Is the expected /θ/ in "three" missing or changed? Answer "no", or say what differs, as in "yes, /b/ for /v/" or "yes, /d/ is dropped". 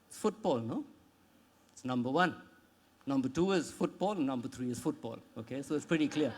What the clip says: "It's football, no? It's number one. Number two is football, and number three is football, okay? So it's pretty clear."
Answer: yes, /t/ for /θ/